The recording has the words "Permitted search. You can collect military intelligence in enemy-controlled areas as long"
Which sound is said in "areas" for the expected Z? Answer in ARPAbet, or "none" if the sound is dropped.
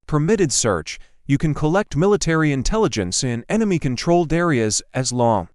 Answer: Z